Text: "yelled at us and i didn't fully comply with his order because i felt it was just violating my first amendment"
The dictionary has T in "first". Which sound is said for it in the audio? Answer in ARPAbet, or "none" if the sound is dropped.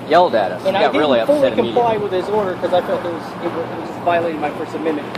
none